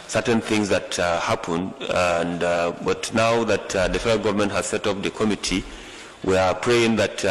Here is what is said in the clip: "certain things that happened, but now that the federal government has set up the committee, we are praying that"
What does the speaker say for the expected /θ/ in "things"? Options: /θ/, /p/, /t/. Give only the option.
/θ/